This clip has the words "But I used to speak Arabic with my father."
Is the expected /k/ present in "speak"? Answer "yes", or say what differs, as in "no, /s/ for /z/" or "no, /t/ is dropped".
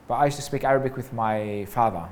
yes